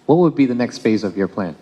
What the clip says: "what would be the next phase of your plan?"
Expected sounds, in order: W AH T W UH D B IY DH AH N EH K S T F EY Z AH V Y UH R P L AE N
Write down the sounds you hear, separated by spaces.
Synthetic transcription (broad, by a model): W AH T W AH D B IY DH AH N EH K S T F EY Z AH V Y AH R P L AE N